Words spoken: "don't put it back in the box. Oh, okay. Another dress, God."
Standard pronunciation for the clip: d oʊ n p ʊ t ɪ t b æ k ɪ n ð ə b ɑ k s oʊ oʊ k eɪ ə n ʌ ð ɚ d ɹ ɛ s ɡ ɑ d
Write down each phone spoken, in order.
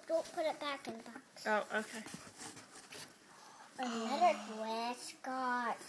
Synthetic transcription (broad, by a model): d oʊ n p ʊ t ɪ t b æ k ɪ n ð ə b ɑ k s oʊ oʊ k eɪ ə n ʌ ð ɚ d w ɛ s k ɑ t